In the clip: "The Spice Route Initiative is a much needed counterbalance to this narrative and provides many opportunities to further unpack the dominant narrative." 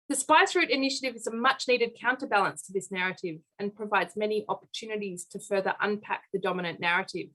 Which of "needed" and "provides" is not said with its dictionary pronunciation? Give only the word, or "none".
none